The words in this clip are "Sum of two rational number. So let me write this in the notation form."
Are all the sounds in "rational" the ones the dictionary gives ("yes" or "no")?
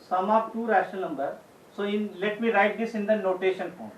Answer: no